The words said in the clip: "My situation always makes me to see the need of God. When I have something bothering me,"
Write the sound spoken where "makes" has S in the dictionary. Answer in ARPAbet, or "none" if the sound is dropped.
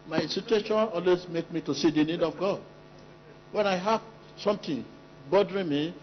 none